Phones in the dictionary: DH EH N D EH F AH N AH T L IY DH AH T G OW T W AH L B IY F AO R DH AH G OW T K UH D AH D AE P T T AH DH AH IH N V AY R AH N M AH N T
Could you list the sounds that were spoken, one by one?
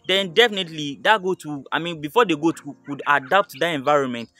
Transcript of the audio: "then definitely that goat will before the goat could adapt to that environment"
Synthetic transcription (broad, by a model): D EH N D EH F AH N AH T L IY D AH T G OW T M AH N B IY F AO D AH G OW T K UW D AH D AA P T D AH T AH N V AY R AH N M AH N T